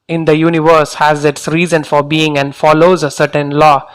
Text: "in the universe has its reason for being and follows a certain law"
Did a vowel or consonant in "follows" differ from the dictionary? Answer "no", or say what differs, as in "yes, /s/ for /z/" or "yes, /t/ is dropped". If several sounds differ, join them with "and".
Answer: no